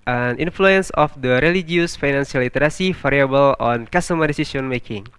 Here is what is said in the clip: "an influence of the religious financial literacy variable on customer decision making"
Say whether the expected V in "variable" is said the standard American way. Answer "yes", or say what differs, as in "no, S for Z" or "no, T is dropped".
no, F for V